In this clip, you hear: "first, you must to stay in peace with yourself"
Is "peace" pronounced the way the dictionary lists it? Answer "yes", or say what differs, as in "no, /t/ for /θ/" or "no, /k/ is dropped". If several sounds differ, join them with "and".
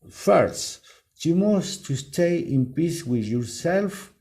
yes